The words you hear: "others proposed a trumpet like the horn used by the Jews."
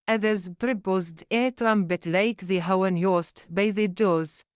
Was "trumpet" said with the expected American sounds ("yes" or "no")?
no